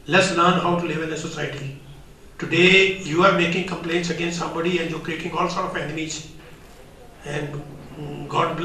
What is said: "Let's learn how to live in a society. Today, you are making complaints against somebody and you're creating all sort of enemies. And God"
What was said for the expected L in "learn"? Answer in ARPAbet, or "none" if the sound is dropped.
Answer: L